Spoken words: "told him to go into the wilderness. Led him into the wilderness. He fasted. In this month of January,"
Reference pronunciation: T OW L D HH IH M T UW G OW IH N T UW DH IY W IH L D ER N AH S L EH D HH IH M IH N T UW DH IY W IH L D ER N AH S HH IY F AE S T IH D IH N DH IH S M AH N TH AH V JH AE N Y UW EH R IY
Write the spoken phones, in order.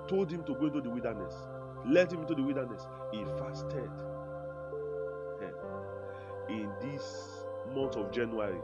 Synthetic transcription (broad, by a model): T OW L D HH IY M T UW G OW IH N T UW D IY W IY L D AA N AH S L EH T HH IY M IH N T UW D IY W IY L D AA N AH S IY F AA S T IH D IH N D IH S M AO N T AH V JH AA N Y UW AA R IY